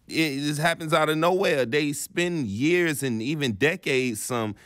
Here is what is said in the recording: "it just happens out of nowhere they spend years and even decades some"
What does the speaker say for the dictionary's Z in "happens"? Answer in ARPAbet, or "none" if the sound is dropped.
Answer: Z